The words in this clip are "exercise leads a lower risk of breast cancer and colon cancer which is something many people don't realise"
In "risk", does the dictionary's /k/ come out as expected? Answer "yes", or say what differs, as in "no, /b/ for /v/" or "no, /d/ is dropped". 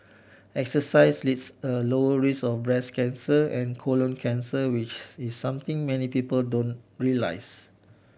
no, /k/ is dropped